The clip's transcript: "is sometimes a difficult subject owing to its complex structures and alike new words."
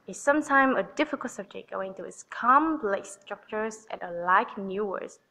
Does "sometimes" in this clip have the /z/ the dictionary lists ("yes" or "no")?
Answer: no